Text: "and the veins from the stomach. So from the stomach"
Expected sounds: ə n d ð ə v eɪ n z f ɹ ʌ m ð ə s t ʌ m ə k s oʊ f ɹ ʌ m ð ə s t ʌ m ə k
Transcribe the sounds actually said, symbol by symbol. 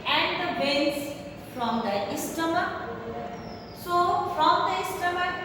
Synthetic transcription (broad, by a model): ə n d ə b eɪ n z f ɹ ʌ m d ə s t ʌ m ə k s oʊ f ɹ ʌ m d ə s t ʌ m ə